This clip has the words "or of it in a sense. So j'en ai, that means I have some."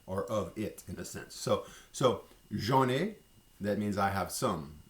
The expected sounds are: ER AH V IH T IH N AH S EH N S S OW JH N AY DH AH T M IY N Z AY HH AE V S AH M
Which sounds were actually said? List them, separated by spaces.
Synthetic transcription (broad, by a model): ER AH V IH T IH N AH S EH N S S OW ZH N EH DH AH T M IY N Z AY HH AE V S AH M